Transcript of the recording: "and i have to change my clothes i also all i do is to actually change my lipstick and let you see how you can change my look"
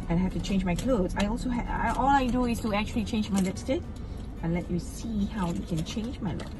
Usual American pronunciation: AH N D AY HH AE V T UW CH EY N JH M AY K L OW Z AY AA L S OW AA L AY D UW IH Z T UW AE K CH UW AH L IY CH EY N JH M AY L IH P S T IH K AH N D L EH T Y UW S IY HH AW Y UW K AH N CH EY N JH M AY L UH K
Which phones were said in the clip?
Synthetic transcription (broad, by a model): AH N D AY HH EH F T UW CH EY N JH M AY K L OW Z AY AA L S OW AA L AY D UW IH S T UW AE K CH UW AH L IY CH EY N JH M AY L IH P S T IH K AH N L EH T Y UW S IY HH AW Y UW K AH N CH EY N JH M AY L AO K